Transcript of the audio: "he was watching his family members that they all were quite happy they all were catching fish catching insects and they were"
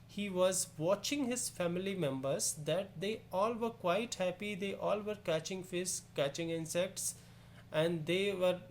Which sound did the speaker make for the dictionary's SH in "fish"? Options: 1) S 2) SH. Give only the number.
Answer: 1